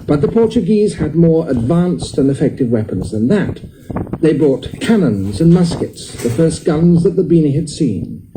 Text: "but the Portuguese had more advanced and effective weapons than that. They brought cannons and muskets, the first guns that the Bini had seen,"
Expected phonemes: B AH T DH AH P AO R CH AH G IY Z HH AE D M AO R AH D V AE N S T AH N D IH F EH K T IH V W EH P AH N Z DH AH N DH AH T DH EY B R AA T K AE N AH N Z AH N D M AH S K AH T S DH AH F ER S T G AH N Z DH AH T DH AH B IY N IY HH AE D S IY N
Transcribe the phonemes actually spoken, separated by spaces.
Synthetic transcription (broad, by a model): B AH T DH AH P AO R CH AH G IY Z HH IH D M AO R AH D V AE N S T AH N IH F EH K T IH V W EH P AH N Z DH AH N DH AH T DH EY B R AA T K AE N AH N Z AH N M AH S K AH T S DH AH F ER S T G AH N Z DH AH T DH AH B IY N IY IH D S IY N